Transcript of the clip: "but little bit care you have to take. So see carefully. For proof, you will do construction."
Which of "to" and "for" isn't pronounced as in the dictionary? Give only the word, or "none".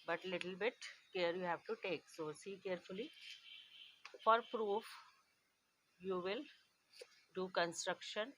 none